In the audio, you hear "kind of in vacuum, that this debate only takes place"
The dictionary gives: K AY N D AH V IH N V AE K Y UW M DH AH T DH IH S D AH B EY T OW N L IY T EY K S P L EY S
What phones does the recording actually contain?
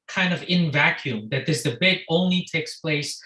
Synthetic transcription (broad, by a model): K AY N D AH V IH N V AE K Y UW M DH AH T DH IH S D AH B EY T OW N L IY T EY K S P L EY S